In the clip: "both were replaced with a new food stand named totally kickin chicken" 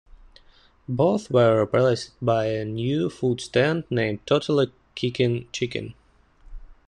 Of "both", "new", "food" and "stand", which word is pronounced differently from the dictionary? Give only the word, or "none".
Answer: none